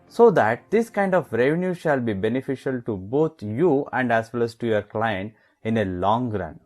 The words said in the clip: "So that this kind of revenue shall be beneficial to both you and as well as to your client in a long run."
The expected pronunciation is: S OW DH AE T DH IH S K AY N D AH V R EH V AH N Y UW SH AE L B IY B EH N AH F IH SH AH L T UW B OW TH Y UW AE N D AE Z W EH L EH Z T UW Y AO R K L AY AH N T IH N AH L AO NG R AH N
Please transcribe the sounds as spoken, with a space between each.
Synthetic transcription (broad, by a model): S OW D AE T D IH S K AY N D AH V R EH V AH N Y UW SH AE L B IY B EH N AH F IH SH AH L T UW B OW T Y UW AE N D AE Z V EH L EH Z T UW Y AO R K L AY AH N T IH N AH L AO NG R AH N